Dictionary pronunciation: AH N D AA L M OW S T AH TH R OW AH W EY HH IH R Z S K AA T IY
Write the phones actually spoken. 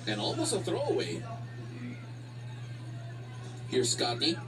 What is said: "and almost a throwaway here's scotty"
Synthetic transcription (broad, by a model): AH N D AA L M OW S AH TH R OW AH W EY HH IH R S K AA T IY